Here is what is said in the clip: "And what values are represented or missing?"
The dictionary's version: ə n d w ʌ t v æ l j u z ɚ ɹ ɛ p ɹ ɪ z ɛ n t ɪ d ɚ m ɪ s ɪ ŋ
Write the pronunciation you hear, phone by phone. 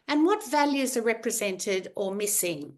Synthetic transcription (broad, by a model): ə n w ʌ t v æ l j u z ɚ ɹ ɛ p ɹ ɪ z ɛ n t ɪ d ɚ m ɪ s ɪ ŋ